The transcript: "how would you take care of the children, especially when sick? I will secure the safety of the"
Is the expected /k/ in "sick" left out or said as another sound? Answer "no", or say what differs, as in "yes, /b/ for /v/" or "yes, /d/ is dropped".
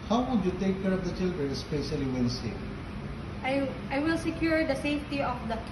yes, /k/ is dropped